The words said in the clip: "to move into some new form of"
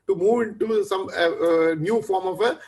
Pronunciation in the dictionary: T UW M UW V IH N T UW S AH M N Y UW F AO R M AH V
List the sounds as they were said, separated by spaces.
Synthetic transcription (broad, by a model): T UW M UW V IH N T UW S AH M N Y UW F AO R M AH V